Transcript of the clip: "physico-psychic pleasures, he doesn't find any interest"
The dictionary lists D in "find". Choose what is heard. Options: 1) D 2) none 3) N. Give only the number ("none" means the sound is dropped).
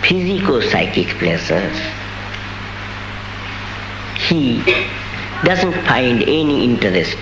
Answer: 1